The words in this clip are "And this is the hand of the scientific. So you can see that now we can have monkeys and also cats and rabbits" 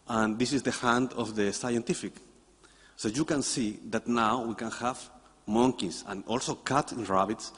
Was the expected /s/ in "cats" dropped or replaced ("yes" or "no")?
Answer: yes